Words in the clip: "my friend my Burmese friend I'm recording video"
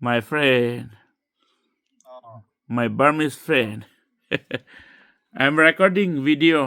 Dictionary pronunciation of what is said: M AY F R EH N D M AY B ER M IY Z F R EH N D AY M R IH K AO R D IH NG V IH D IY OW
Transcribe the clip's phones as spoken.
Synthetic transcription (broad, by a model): M AY F R EH N D M AY B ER M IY S F R EH N D AY M R IH K AO R D IH NG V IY D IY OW